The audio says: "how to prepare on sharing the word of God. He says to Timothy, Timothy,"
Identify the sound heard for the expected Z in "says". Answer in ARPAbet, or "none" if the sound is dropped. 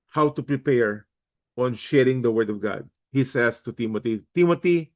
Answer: S